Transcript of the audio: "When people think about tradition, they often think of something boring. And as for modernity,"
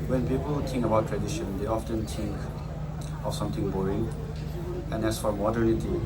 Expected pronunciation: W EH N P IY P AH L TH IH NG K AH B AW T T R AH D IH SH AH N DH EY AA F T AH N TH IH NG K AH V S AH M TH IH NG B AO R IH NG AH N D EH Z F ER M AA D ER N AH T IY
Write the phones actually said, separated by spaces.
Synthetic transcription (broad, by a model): W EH N P IY P AH L T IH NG K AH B AW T T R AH D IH SH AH N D EY AA F T AH N T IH NG K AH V S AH M T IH NG B AO R IH NG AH N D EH S F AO M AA D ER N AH T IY